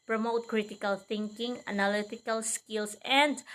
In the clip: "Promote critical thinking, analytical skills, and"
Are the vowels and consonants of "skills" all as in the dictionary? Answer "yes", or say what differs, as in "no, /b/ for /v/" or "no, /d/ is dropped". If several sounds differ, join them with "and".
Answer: no, /s/ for /z/